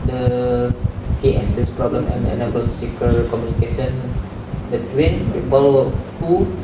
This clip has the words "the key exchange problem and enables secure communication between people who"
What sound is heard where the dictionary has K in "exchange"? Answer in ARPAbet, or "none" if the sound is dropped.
none